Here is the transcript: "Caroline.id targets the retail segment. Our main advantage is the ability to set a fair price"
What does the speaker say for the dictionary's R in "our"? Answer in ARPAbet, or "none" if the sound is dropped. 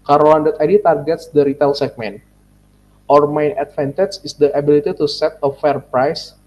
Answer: R